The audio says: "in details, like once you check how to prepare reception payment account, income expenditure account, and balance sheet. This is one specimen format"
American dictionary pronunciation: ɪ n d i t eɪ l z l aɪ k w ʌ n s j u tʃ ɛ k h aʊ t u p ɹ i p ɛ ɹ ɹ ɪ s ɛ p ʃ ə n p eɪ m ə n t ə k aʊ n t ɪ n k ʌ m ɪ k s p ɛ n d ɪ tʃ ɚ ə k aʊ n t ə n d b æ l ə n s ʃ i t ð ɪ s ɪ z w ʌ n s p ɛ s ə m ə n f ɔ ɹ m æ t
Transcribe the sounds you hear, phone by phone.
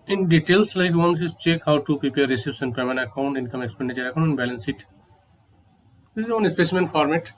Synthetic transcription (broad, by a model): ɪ n d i t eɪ l s l aɪ k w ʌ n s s tʃ ɛ k h aʊ t u p ɹ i p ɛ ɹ ɹ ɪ s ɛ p s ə n p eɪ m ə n ə k aʊ n t ɪ n k ʌ m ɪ k s p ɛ n d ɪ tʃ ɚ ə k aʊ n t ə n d b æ l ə n s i t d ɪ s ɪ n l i s p ɛ s ə m ə n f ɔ ɹ m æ t